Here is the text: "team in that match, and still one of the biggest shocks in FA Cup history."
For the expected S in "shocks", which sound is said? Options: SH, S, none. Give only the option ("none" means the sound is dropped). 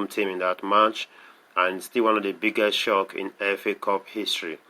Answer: none